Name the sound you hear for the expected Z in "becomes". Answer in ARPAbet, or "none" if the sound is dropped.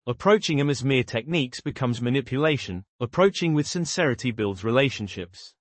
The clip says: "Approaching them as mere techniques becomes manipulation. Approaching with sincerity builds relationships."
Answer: Z